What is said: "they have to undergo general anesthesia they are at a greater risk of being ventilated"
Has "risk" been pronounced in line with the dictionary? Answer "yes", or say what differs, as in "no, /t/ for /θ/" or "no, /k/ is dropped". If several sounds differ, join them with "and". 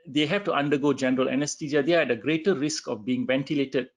yes